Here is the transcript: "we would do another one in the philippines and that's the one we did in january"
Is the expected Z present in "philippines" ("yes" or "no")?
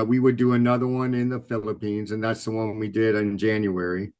yes